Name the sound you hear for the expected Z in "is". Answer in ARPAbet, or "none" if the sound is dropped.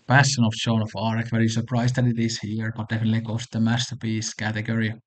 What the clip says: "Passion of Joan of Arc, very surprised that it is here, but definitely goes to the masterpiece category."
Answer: S